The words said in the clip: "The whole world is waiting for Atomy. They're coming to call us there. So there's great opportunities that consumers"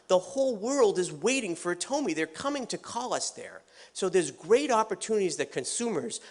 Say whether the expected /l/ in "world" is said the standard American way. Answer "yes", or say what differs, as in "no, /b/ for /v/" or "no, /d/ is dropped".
yes